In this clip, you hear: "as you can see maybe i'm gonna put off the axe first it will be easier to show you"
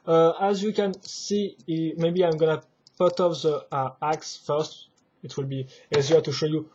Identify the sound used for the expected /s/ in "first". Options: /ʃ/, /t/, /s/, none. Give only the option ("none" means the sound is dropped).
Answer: /s/